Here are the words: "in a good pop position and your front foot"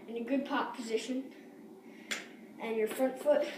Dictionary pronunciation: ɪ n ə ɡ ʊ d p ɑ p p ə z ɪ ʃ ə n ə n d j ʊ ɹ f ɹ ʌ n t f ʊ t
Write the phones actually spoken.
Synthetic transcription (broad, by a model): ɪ n ə ɡ ʊ d p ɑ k p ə z ɪ ʃ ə n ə n j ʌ ɹ f ɹ ʌ n t f ʊ t